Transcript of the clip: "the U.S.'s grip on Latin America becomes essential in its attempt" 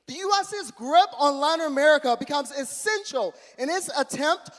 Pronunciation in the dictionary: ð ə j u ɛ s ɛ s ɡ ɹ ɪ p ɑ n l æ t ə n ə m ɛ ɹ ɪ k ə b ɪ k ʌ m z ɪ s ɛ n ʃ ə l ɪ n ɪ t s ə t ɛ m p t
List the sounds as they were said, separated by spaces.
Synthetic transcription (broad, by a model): ð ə j u ɛ s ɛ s ɡ ɹ ɪ p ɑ n l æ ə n ə m ɛ ɹ ɪ k ə b ɪ k ʌ m z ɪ s ɛ n ʃ l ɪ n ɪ t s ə t ɛ m p t